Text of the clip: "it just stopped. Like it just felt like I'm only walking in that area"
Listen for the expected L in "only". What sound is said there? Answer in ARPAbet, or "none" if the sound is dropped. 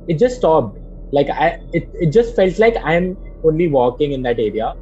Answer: L